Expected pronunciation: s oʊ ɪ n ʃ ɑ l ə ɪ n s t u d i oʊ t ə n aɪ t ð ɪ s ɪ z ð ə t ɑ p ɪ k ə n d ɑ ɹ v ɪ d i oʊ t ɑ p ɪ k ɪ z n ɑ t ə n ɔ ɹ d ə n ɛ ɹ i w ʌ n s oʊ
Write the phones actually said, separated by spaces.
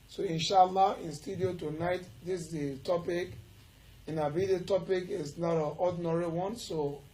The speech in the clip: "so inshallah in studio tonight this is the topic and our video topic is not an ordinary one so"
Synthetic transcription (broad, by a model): s oʊ ɪ n ʃ ɑ l ə ɪ n s t u d i oʊ t ə n aɪ t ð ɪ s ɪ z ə t ɑ p ɪ k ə n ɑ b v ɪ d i t ɑ p ɪ k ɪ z n ɑ t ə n ɔ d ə n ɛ ɹ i w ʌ n s oʊ